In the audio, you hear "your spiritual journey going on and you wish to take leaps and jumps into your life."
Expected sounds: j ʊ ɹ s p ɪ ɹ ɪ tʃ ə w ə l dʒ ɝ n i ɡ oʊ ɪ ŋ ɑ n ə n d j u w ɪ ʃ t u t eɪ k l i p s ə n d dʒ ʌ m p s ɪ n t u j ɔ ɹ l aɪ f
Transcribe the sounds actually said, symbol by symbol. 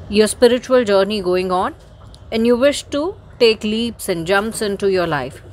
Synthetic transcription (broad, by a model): j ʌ ɹ s p ɪ ɹ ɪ tʃ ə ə l dʒ ɝ n i ɡ oʊ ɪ ŋ ɑ n ə n d j u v ɪ ʃ t u t eɪ k l i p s ə n d dʒ ʌ m p s ɪ n t u j ɔ ɹ l aɪ f